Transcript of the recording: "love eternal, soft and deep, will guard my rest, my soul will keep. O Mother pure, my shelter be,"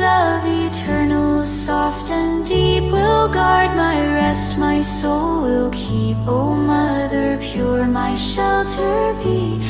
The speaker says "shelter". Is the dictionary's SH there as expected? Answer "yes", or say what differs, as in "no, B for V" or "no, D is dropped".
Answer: yes